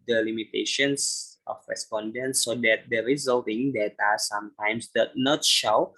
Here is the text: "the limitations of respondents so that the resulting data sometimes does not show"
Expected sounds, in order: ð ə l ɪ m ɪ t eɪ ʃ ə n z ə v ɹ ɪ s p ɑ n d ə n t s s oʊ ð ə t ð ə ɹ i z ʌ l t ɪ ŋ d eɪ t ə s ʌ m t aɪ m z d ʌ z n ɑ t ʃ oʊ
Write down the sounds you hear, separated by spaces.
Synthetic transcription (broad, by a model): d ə l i m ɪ t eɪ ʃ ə n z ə f ɹ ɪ s p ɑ n d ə n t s s oʊ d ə t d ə ɹ i z ʌ l t ɪ ŋ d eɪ t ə s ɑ m t aɪ m s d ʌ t n ɑ t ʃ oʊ